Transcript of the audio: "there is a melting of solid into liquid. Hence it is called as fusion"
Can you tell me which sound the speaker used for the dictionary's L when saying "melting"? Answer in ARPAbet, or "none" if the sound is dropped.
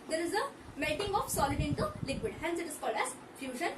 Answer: none